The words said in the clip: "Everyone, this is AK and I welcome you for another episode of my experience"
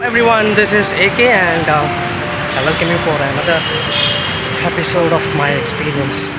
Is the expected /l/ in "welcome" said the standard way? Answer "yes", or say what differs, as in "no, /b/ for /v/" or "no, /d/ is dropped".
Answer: no, /l/ is dropped